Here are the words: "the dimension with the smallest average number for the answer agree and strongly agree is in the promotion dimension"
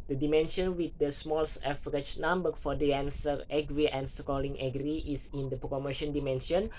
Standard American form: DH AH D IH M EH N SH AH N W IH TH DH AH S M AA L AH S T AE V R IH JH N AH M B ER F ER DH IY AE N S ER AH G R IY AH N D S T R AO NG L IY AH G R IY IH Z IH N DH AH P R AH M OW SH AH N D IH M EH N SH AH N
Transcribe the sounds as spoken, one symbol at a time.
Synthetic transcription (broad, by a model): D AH D IH M EH N SH AH N W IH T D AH S M AA L S EH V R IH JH N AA M B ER F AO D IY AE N S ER AH G R IY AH N S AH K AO L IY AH G R IY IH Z IH N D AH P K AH M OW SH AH N D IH M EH N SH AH N